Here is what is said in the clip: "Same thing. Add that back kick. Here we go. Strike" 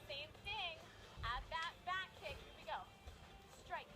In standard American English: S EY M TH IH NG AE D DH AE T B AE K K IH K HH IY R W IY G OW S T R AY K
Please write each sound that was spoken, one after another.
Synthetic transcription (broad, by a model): S EY M TH IH NG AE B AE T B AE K K IH K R W IY G OW S T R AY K